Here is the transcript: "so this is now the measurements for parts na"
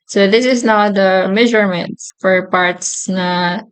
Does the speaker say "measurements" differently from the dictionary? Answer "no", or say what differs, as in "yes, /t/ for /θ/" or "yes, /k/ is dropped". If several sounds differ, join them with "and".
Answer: yes, /s/ is dropped